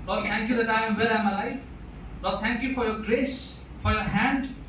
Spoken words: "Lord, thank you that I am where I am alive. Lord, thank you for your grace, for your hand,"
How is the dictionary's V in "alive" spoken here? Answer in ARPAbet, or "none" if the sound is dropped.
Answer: F